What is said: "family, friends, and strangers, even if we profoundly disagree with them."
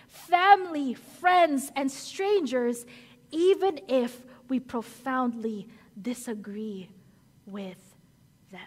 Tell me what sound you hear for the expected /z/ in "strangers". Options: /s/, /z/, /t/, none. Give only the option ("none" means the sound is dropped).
/z/